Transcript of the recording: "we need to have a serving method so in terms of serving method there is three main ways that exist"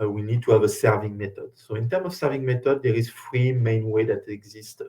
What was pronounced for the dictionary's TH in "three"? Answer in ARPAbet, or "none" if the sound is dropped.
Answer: F